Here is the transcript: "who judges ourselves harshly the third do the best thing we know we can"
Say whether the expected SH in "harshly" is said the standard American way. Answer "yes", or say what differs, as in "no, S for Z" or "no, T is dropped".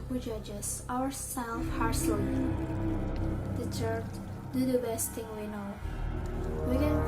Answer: no, S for SH